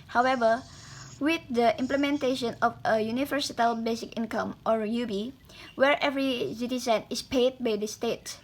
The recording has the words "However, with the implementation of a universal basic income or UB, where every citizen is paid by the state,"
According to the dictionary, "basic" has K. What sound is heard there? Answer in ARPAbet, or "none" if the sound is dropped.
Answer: K